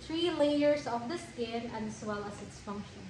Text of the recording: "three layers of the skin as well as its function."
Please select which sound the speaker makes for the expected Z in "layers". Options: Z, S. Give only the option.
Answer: Z